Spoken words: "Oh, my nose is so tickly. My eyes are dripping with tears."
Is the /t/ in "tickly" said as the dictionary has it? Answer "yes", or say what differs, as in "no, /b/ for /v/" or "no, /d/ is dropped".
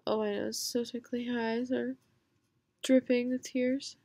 no, /s/ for /t/